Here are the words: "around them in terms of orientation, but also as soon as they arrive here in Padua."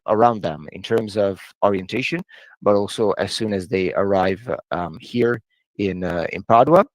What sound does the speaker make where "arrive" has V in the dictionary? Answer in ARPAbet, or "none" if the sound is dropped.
V